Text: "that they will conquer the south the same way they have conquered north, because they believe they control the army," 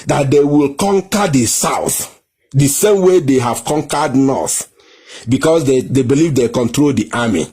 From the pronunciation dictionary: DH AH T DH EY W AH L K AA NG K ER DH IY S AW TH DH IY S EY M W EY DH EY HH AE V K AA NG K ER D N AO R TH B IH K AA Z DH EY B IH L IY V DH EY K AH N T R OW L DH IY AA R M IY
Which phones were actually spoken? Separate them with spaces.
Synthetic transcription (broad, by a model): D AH T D EY W AH L K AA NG K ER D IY S AW TH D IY S EY M W EY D EY HH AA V K AA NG K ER D N AO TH B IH K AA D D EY B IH L IY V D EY K AH N T R OW L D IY AA M IY